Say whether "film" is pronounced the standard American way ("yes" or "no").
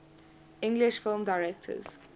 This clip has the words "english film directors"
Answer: yes